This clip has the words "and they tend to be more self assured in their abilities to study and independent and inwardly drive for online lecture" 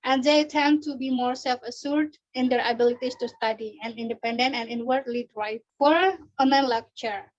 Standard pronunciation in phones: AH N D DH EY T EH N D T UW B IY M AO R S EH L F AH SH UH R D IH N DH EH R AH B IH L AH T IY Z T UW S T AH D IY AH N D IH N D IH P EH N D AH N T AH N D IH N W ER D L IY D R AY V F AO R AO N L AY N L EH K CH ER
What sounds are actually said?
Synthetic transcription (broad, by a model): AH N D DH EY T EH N T UW B IY M AO R S EH L F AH S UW R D IH N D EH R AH B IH L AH T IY S T UW S T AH D IY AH N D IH N D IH P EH N D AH N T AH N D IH N W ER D L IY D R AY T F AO R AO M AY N L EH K CH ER